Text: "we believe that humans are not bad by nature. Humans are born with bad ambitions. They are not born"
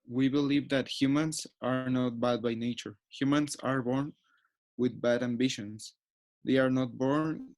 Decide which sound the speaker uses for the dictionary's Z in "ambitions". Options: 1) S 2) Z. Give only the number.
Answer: 1